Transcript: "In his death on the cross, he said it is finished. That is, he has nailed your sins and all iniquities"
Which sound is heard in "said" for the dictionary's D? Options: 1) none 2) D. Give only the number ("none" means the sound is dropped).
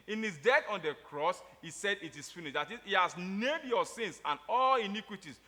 2